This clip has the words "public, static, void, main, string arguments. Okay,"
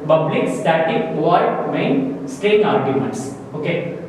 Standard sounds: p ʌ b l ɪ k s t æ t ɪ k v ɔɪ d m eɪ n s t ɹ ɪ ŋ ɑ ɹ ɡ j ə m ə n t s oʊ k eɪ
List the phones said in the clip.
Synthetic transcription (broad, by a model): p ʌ b l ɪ k s t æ t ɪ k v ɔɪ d m eɪ n s t ɛ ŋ ɑ ɹ ɡ j ə m ə n t s oʊ k eɪ